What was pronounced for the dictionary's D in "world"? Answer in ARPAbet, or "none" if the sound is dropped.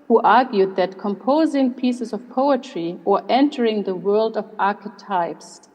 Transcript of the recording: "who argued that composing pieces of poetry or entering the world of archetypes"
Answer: D